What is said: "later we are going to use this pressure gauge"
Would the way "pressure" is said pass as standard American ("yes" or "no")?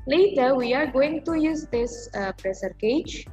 no